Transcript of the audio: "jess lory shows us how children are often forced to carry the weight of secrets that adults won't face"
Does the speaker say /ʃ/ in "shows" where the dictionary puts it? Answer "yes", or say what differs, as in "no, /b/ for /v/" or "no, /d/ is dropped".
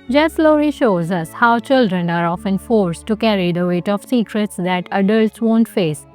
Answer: yes